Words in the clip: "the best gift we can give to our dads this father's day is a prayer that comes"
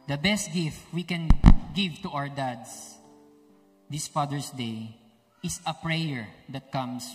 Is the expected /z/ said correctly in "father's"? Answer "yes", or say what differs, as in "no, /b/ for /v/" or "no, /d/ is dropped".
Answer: no, /s/ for /z/